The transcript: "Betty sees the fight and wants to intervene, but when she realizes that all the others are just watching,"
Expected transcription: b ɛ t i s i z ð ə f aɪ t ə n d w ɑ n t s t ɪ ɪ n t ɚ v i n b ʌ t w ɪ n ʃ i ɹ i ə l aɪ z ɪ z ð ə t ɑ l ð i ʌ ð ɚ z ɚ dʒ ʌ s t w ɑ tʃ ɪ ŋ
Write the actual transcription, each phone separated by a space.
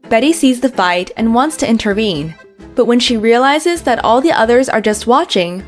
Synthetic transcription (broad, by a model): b ɛ t i s i z ð ə f aɪ t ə n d w ɑ n t s t ɪ ɪ n t ɚ v i n b ʌ t w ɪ n ʃ i ɹ i ə l aɪ z ɪ z ð ə t ɑ l ð i ʌ ð ɚ z ɚ dʒ ʌ s t w ɑ tʃ ɪ ŋ